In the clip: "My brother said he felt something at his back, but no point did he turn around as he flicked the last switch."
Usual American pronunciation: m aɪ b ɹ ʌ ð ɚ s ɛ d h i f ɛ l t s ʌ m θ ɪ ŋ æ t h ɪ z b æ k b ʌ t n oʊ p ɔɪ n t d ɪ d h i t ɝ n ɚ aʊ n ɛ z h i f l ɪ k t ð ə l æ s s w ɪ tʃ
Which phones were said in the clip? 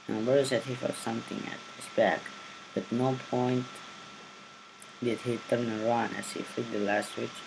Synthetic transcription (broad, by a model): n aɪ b ʌ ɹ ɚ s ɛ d h i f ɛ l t s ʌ m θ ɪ ŋ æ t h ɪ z b æ k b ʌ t n oʊ p ɔɪ n t d ɪ d h i t ɝ n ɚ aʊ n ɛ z h i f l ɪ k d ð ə l æ s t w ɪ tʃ